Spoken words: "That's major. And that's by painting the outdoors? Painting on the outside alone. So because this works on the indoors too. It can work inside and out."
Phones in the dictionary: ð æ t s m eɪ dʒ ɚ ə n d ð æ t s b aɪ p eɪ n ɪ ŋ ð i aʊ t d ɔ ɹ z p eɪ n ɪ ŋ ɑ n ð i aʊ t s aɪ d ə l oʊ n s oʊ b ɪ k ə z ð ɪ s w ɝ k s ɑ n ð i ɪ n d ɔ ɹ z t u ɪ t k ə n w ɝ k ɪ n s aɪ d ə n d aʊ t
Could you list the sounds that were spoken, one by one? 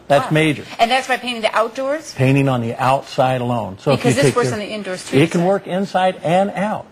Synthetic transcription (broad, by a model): ð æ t s m eɪ dʒ ɚ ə n ð æ t s b aɪ p eɪ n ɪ ŋ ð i aʊ t d ɔ ɹ z p eɪ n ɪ ŋ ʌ n ð i aʊ t s aɪ d ə l oʊ n s oʊ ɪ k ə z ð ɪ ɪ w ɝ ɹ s n ð i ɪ n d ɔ ɹ s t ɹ ɪ t k ə n w ɝ k ɪ n s aɪ d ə n aʊ t